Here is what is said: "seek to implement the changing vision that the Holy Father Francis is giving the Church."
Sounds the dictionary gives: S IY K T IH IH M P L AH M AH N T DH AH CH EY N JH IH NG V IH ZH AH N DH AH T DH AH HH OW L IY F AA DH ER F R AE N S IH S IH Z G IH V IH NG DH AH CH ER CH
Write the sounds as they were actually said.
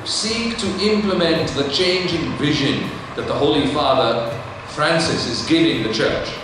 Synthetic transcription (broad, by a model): S IY K T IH IH M P L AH M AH N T DH AH CH EY N JH IH NG V IH ZH AH N DH AH T DH AH HH OW L IY F AA DH ER F R AE N S IH S IH Z G IH V IH NG DH AH CH ER CH